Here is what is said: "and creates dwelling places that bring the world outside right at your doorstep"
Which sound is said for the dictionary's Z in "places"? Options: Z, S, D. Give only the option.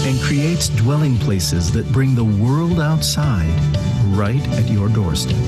Z